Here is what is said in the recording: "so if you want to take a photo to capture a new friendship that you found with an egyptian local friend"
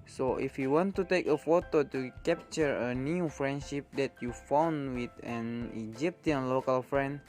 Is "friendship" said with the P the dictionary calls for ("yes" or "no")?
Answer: yes